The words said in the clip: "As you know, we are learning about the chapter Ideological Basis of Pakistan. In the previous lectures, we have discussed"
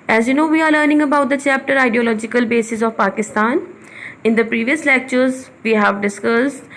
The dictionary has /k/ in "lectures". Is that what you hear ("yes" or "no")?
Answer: yes